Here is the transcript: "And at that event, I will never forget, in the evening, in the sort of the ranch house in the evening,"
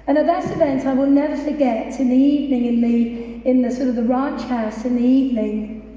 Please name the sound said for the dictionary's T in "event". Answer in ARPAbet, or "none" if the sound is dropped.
T